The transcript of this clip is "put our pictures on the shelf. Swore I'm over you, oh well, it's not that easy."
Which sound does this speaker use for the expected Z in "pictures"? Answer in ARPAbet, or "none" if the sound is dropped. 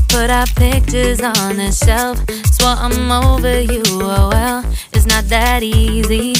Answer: Z